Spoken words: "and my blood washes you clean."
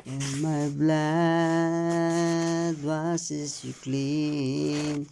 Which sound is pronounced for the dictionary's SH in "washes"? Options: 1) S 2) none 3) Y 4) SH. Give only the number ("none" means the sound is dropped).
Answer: 1